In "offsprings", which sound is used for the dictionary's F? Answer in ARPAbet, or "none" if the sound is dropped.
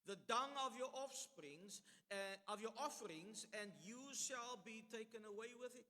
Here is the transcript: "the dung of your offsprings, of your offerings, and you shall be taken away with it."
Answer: F